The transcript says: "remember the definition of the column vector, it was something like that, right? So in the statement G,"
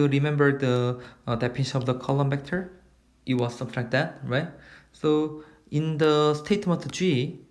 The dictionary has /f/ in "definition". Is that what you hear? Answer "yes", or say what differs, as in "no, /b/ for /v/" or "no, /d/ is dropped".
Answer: no, /p/ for /f/